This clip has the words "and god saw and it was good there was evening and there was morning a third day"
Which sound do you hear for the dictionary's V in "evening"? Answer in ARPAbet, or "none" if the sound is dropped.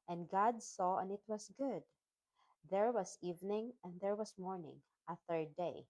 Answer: V